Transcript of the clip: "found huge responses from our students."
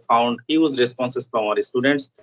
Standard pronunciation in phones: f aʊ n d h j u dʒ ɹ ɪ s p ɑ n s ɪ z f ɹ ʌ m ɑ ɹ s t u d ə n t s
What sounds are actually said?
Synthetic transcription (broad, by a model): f aʊ n d h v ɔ z ɹ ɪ s p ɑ n s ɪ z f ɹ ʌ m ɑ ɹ s t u d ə n t s